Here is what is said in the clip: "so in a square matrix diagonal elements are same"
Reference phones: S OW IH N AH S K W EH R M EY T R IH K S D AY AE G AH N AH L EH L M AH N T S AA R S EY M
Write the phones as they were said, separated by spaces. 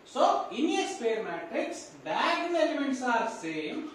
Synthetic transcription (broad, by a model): S OW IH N AH S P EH R M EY T R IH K S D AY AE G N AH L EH M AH N T S AA R S EY M